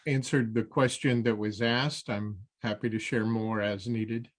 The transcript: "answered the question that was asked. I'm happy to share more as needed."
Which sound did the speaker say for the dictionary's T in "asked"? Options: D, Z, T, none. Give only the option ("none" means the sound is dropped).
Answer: T